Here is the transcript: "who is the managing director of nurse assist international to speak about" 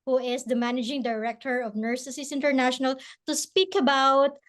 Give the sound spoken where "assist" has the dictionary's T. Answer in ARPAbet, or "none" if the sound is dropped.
none